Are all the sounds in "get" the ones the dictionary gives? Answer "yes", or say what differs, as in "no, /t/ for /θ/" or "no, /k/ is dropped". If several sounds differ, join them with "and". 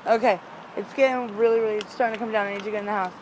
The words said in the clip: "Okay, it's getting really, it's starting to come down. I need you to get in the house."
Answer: no, /t/ is dropped